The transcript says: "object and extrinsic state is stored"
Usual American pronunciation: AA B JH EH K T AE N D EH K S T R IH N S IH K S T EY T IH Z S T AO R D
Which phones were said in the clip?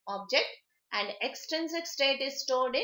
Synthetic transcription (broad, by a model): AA B JH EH K T AE N D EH K S T EH N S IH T S T EY T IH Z S T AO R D